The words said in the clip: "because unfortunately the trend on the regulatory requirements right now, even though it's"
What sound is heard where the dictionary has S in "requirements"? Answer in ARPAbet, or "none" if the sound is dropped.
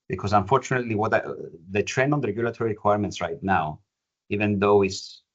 S